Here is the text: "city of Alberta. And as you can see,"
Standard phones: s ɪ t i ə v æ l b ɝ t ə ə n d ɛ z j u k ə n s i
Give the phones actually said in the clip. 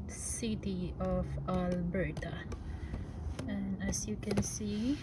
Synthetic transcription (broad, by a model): s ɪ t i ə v æ l b ɝ t ə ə n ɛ s j u k ə n s i